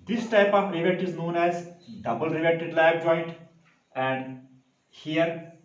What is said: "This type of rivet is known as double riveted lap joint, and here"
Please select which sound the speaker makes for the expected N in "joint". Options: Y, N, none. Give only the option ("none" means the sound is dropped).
N